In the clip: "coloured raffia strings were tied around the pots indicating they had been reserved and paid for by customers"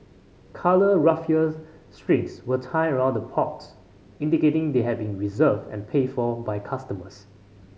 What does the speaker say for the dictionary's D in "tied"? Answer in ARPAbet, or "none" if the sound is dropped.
none